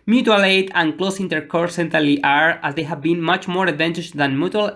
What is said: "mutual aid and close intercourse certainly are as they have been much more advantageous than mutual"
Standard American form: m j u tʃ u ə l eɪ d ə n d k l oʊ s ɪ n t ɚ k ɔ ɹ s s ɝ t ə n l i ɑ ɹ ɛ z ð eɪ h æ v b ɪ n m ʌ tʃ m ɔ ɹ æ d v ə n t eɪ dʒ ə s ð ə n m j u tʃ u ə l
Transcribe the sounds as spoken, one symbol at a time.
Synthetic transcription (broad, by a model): m j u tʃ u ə l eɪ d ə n k l oʊ s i n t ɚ k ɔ ɹ s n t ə l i ɑ ɹ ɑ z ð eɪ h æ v b ɪ n m ʌ tʃ m ɔ ɹ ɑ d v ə n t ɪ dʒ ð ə n m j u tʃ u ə l